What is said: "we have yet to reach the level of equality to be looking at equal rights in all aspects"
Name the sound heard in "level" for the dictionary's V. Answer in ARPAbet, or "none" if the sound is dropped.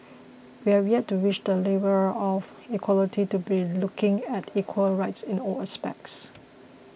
B